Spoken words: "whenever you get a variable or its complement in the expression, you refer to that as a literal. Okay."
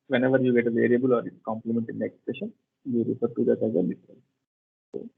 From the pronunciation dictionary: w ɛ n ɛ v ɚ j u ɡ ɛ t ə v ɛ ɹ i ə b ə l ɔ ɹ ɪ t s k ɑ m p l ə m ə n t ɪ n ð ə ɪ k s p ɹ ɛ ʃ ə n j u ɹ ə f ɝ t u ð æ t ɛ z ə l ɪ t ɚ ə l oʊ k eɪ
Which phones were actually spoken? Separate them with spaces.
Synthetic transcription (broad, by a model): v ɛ n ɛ v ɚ j u ɡ ɛ t ə v ɛ ɹ i ə b ə l ɔ ɹ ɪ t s k ɑ m p l ə m ə n t ɪ n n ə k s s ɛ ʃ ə n j u ɹ ə f ɝ t u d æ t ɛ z ə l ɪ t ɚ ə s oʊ